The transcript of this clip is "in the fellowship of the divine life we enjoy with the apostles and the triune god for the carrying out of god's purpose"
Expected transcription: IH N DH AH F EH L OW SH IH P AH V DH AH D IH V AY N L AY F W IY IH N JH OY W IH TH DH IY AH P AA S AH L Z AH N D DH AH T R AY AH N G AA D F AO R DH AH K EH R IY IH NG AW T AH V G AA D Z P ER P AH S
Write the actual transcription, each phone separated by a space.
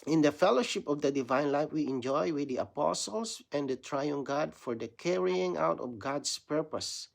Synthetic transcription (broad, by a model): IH N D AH F EH L OW SH IH P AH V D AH D IH V AY N L AY F W IY IH N JH OY W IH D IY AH P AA S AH L S AH N D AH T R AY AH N G AA D F AO R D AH K EH R IY IH NG AW T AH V G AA D S P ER P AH S